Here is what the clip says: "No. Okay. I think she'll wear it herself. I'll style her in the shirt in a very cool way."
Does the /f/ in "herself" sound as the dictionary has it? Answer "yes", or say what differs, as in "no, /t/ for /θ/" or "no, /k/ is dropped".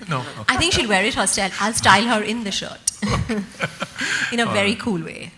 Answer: no, /f/ is dropped